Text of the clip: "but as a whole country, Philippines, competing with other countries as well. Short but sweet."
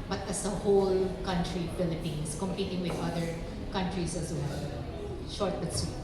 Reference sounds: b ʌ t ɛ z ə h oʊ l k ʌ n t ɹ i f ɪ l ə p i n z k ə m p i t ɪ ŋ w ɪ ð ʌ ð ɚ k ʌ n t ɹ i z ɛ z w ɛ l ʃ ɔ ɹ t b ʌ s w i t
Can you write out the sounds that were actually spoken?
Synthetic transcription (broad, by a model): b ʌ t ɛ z ə h oʊ l k ʌ n t ɹ i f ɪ l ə p i n s k ə m p i t ɪ ŋ w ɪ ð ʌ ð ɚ k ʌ n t ɹ i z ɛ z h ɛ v ʃ ɔ ɹ t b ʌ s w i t